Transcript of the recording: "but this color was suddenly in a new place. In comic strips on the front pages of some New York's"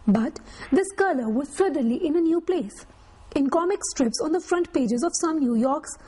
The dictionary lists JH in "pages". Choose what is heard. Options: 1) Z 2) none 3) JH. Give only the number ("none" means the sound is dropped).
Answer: 3